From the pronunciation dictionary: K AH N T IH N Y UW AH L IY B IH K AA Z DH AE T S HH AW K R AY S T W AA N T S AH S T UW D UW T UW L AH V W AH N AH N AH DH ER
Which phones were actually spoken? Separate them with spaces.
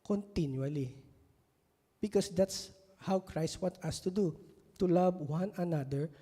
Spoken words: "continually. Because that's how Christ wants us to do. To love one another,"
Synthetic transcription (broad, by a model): K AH N T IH N Y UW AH L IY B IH K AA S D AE T S HH AW K R AY S T W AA T AH S T UW D UW T UW L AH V W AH N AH N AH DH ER